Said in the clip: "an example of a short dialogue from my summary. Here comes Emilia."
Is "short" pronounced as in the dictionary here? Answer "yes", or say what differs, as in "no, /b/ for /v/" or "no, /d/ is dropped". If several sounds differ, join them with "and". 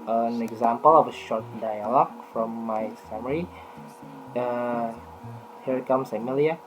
yes